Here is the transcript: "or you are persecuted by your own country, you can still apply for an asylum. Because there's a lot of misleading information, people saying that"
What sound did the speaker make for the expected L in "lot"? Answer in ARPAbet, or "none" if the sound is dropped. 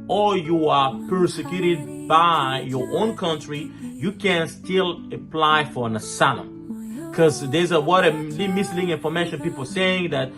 W